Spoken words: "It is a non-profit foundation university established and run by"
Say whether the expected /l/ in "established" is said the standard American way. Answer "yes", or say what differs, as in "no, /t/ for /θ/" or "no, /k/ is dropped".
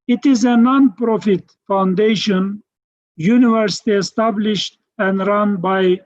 yes